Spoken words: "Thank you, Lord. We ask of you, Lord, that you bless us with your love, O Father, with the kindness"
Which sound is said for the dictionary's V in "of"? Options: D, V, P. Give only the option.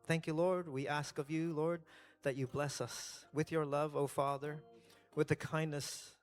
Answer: V